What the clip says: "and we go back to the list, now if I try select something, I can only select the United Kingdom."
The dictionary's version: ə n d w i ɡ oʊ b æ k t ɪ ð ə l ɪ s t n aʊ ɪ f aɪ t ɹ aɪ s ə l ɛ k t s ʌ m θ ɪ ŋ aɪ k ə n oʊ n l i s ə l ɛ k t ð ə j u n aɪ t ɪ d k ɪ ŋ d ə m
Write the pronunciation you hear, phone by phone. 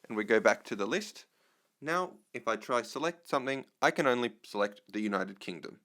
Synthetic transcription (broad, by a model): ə n w i ɡ oʊ b æ k t ɪ ð ə l ɪ s t n aʊ ɪ f aɪ t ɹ aɪ s ə l ɛ k t s ʌ m θ ɪ ŋ aɪ k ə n oʊ n l i s ə l ɛ k t ð ə j u n aɪ t ɪ d k ɪ ŋ d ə m